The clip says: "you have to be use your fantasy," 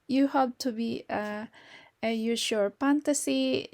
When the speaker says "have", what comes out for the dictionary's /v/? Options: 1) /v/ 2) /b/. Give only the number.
2